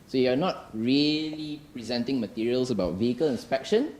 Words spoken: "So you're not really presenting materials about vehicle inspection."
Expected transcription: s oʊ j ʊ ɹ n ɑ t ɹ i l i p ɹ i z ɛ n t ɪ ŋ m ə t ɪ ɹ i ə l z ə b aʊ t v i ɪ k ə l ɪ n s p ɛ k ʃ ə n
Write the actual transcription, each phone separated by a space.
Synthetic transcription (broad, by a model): s oʊ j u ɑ n ɑ t ɹ i l i p ɹ i z ɛ n t ɪ ŋ m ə t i ɹ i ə l s ə b aʊ t v i ɪ k ə l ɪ n s p ɛ k ʃ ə n